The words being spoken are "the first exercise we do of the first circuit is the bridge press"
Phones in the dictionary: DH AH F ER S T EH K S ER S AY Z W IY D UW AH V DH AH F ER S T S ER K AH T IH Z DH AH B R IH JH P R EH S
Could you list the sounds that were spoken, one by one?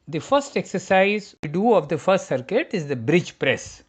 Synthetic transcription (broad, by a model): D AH F ER S T EH K S ER S AY Z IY D UW AH V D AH F ER S T S ER K AH T IH Z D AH B R IH JH P R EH S